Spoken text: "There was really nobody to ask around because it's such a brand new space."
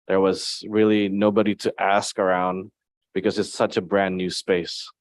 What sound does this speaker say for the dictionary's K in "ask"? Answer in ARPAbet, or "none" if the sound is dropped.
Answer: K